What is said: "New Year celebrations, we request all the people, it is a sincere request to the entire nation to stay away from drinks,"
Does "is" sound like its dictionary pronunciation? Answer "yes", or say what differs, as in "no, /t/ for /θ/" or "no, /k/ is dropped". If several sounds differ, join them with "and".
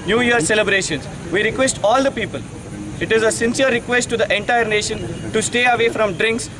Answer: yes